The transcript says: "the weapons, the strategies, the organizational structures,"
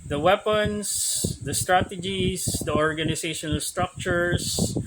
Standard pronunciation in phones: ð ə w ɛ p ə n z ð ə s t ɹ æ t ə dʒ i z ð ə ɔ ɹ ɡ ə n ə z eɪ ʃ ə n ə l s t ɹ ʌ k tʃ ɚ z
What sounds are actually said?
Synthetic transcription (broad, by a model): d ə w ɛ p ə n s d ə s t ɹ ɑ t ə dʒ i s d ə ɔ ɹ ɡ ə n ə s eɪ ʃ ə n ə l s t ɹ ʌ k tʃ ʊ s